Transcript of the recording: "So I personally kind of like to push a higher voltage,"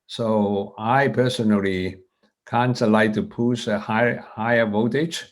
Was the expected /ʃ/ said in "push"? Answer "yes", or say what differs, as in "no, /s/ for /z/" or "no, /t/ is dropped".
no, /s/ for /ʃ/